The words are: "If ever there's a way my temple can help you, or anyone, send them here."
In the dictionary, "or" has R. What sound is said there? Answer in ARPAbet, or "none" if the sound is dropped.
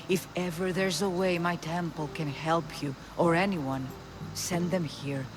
R